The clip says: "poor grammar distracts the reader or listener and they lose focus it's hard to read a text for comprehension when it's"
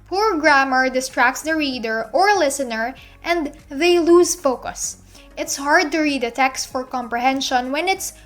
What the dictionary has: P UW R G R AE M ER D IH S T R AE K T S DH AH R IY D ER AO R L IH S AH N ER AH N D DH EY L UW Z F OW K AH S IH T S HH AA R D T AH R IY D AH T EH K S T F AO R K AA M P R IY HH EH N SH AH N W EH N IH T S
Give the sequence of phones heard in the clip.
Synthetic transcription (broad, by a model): P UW R G R AE M ER D IH S T R AE K T S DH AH R IY D ER AO R L IH S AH N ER AH N D DH EY L UW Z F OW K AH S IH T S HH AA R D T AH R IY D AH T EH K S T F AO R K AA M P R IY HH EH N SH AH N W EH N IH T S